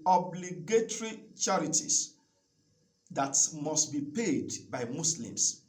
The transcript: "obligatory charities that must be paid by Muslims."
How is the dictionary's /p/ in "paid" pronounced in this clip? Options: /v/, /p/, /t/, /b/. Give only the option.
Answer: /p/